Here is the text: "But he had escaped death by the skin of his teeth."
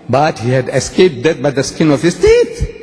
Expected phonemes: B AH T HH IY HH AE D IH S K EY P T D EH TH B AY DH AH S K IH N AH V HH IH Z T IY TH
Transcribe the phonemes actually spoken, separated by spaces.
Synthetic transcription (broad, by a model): B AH T HH IY HH AE D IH S K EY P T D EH T B AY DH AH S K IH N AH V HH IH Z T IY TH